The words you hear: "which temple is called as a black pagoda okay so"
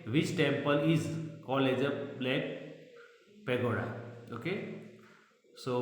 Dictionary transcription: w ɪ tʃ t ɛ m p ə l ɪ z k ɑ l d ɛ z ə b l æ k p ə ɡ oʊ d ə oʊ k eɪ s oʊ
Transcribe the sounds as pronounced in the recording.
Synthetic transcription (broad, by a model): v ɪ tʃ t ɛ m p ə l ɪ z k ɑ l ɛ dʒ ə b l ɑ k p ə ɡ oʊ d ə oʊ k eɪ s oʊ